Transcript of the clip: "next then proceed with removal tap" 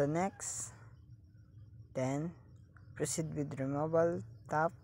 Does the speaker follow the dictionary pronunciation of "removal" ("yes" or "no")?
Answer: no